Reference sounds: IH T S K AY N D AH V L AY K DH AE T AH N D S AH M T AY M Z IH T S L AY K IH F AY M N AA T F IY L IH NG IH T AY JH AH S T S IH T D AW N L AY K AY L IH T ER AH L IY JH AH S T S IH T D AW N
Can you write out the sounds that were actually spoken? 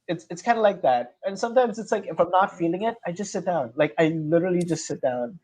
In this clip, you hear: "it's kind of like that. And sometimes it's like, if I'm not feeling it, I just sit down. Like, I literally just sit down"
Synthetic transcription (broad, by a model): IH T S K AY N D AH L AY K DH AE T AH N S AH M T AY M Z IH T S L AY K IH F AY M N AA T F IY L IH NG IH T AY JH AH S T S IH T D AW N L AY K AY L IH T ER L IY JH AH S T S IH T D AW N